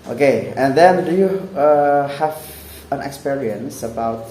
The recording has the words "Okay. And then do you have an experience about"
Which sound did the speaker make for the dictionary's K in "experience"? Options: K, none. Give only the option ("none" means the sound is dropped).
K